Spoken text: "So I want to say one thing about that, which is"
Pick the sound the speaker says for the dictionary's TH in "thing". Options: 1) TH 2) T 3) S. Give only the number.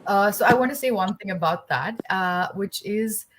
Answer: 1